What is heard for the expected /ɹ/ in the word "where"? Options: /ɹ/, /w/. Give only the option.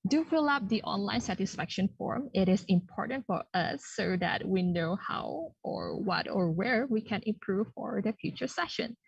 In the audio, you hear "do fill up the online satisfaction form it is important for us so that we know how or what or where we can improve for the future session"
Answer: /ɹ/